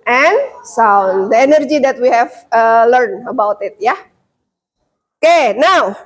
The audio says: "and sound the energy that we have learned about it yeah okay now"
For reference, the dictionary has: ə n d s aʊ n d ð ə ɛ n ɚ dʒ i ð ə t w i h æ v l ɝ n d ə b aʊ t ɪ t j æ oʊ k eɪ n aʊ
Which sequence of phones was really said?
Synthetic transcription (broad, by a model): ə n s aʊ n d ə ɛ n ɚ dʒ i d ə t w i h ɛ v l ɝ n ə b aʊ t ɪ t j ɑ oʊ k eɪ n aʊ